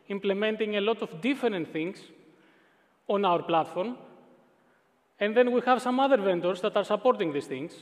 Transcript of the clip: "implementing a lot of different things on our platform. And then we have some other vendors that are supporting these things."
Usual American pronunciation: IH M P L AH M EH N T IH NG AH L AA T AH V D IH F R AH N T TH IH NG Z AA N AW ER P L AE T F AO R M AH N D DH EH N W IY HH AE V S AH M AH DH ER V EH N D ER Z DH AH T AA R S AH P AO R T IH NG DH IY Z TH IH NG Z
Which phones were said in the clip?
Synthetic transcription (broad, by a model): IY M P L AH M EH N T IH NG AH L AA T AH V D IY F R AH N T TH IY NG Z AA N AW ER P L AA T F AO R M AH N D DH EH N W IY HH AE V S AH M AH DH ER V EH N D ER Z DH AH T AA R S AH P AO R T IH NG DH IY S TH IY NG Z